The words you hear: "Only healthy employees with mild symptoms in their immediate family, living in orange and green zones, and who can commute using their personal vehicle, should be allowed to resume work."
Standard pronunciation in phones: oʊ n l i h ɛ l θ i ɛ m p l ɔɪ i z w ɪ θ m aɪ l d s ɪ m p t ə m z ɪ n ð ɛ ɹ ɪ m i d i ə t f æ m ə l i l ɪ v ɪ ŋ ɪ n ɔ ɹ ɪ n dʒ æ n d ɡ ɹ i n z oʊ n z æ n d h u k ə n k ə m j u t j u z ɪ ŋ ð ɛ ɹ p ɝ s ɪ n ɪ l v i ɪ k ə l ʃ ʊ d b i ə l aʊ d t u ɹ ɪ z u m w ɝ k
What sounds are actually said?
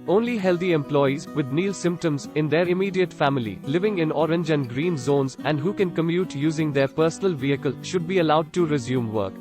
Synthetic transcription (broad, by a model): oʊ n l i h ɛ l t i ɛ m p l ɔɪ i z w ɪ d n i l s ɪ m p t ə m z ɪ n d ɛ ɹ ɪ m i d i ə t f æ m ə l i l ɪ v ɪ ŋ ɪ n ɔ ɹ ɪ n dʒ æ n d ɡ ɹ i n z oʊ n z æ n d h u k ə n k ə m j u t j u z ɪ ŋ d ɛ ɹ p ɝ s ɪ n ɪ l v i ɪ k ə l ʃ ʊ d b i ə l aʊ d t u ɹ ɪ z u m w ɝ k